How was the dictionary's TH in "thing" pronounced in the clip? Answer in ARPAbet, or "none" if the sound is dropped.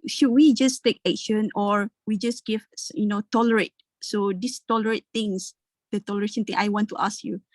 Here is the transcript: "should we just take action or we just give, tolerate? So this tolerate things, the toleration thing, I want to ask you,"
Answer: T